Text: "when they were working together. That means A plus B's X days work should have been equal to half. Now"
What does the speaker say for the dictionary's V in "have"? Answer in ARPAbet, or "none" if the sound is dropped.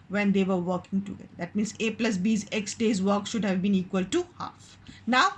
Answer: V